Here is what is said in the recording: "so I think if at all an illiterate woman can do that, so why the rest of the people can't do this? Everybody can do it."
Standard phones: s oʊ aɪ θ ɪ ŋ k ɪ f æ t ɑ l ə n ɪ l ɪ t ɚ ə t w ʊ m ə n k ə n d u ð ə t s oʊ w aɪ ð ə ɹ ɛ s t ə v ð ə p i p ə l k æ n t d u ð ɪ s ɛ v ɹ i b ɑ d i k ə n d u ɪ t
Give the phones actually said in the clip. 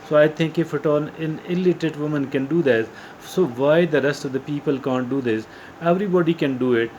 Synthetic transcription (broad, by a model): s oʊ aɪ t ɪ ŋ k ɪ f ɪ t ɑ n ə n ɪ l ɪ t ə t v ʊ m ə n k ə n d u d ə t s oʊ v aɪ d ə ɹ ɛ s t ə v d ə p i p ə l k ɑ n t d u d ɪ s ɛ v ɹ i b ɑ d i k ə n d u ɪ t